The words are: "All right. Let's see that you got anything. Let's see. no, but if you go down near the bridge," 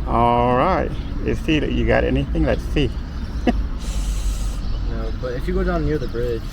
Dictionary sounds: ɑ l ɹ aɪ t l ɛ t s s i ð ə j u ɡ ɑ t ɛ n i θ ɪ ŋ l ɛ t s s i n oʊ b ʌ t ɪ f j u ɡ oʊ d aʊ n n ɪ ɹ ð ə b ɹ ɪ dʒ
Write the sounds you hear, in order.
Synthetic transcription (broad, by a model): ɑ l ɹ aɪ t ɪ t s s i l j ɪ ɡ ɑ t ɛ n i θ ɪ ŋ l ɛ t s s i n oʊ b ʌ t ɪ f j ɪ ɡ oʊ d aʊ n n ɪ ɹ ð ə b ɹ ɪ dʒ